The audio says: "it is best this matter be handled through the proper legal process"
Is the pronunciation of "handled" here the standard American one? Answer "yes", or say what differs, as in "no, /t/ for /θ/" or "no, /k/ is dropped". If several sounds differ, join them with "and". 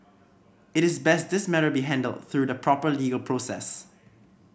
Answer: yes